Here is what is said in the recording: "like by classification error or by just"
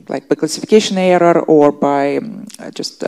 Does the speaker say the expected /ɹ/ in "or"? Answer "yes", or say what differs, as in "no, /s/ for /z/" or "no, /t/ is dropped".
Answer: yes